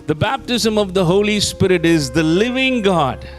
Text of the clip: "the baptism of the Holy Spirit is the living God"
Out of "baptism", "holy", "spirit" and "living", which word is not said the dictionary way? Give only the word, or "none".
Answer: none